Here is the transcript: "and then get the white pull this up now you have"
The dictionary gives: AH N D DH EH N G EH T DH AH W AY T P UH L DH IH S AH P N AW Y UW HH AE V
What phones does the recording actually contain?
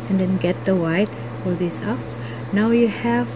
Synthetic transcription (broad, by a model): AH N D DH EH N G EH T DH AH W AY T F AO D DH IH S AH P N AW Y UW HH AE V